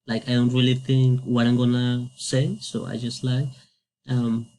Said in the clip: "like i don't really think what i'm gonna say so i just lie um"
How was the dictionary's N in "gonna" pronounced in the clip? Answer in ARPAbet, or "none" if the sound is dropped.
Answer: N